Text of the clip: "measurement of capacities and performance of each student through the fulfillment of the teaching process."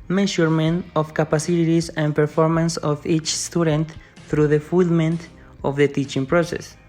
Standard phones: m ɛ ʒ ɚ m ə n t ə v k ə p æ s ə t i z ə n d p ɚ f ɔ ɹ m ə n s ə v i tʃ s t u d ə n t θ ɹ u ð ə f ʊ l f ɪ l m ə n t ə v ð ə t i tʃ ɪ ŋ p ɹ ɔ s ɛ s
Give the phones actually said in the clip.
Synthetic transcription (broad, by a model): m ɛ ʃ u m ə n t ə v k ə p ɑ s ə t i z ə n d p ɚ f ɔ ɹ m ə n s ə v i tʃ s t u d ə n t θ ɹ u ð ə f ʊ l l m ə n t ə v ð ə t i tʃ ɪ ŋ p ɹ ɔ s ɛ s